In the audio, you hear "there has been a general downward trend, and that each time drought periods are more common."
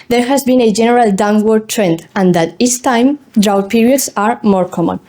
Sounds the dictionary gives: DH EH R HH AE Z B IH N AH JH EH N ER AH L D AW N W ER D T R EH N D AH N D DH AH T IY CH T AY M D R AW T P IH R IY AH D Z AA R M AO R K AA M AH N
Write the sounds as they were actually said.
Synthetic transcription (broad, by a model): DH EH R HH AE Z B IH N AH JH EH N ER AH L D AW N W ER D T R EH N D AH N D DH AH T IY S T AY M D R AW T P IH R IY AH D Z AA R M AO R K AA M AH N